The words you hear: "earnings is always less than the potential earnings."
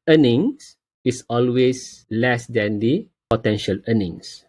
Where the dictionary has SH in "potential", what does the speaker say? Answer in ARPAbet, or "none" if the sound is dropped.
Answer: SH